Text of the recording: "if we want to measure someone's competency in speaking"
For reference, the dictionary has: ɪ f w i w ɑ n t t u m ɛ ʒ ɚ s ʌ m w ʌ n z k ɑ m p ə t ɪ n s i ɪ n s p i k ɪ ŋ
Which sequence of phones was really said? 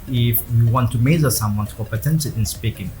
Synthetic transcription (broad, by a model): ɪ f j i w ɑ n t t u m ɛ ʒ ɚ s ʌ m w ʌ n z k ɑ p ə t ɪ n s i ɪ n s p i k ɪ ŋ